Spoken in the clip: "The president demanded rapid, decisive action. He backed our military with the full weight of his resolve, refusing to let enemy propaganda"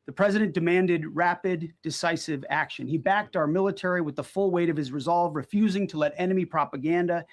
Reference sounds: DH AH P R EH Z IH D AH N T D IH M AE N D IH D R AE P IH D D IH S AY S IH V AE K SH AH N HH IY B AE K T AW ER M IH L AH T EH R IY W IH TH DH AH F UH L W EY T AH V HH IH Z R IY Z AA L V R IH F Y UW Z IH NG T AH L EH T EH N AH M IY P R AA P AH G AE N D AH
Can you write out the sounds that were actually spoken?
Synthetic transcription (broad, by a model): DH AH P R EH Z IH D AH N D IH M AE N D IH D R AE P IH D D IH S AY S IH V AE K SH AH N IY B AE K T AW ER M IH L AH T EH R IY W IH DH AH F UH L W EY T AH V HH IH Z R IY Z AA L V R IH F Y UW Z IH NG T AH L EH T EH N AH M IY P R AA P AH G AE N D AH